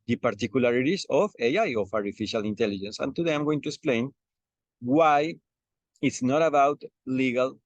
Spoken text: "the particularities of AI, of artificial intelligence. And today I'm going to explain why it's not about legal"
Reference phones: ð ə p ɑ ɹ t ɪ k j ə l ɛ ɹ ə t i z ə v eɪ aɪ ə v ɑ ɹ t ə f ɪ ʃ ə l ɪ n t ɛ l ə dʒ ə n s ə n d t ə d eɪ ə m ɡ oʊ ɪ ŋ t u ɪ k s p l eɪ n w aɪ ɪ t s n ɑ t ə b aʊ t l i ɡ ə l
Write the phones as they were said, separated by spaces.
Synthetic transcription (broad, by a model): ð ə p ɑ ɹ t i k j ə l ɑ ɹ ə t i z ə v eɪ aɪ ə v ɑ ɹ t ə f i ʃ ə l ɪ n t ɛ l ə dʒ ə n s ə n t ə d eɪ ə m ɡ oʊ ɪ ŋ t u ɪ k s p l eɪ n w aɪ ɪ t s n ɑ t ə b aʊ t l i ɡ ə l